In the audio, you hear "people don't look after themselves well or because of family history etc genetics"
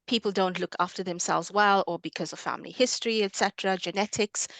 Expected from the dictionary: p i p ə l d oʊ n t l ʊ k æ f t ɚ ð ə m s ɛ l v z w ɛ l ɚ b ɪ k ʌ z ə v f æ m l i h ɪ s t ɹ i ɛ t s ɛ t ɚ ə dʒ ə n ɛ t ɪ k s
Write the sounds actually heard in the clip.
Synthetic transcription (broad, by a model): p i p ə l d oʊ n t l ʊ k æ f t ɚ ð ə m s ɛ l v z w ɛ l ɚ b ɪ k ʌ z ə v f æ m l i h ɪ s t ɹ i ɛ t s ɛ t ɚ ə dʒ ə n ɛ t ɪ k s